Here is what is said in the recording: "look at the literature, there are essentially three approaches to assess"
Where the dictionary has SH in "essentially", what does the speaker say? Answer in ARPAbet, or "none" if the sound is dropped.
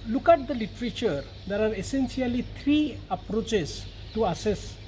S